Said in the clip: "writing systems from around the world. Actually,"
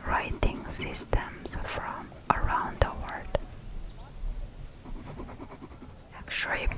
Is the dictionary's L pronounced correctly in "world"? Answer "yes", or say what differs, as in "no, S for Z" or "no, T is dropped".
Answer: no, L is dropped